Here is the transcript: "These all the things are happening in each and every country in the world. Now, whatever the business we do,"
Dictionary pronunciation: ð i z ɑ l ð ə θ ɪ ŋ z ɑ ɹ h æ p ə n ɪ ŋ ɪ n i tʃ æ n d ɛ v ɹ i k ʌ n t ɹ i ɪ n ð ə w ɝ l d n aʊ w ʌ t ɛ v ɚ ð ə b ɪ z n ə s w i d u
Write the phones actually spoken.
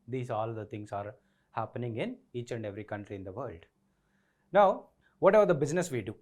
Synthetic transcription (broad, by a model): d i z ɑ l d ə t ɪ ŋ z ɑ ɹ h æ p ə n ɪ ŋ ɪ n i tʃ æ n d ɛ v ɹ i k ʌ n t ɹ i ɪ n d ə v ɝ l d n aʊ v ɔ t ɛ v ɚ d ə b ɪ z n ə s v i d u